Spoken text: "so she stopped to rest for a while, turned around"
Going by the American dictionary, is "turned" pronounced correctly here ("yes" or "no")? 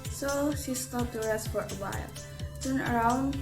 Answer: no